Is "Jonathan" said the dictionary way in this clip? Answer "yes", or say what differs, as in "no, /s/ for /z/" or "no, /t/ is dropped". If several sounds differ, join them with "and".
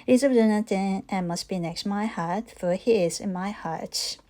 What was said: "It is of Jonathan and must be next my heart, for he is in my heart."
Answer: no, /t/ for /θ/